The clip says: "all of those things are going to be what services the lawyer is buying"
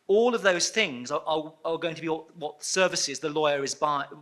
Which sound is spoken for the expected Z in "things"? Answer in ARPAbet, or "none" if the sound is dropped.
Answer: Z